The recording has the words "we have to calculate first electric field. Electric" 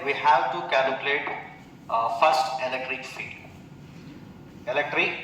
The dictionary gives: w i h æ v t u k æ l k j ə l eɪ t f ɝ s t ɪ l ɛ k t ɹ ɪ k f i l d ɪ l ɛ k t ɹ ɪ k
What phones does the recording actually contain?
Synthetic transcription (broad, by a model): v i h æ v t u k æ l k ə l eɪ t f ɝ s t ɪ l ɛ k t ɹ ɪ k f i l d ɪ l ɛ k t ɹ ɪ k